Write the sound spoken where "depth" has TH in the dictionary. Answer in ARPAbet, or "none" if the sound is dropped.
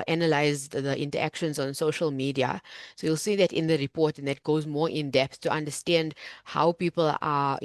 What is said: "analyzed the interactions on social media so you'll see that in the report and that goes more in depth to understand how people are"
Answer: S